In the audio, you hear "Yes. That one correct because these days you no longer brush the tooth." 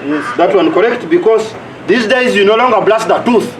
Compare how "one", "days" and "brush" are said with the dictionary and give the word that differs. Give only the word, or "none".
brush